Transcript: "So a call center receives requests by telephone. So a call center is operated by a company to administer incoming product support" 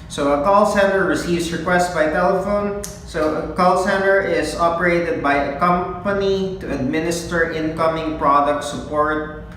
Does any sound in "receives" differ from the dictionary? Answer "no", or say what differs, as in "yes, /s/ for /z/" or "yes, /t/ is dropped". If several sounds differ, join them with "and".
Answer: yes, /s/ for /z/